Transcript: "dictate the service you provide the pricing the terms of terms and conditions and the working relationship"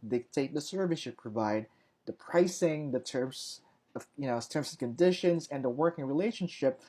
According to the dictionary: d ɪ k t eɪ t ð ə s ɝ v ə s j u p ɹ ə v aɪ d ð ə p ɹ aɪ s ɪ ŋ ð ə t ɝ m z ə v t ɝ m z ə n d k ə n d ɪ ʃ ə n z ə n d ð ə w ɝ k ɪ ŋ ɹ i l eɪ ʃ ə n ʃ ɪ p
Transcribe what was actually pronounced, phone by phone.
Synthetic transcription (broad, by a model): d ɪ k t eɪ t ð ə s ɝ v ə s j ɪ p ɹ ə v aɪ d ð ə p ɹ aɪ s ɪ ŋ ð ə t ɝ m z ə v t ɝ m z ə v k ə n d ɪ ʃ ə n z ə n ð ə w ɝ k ɪ ŋ ɹ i l eɪ ʃ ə n ʃ ɪ p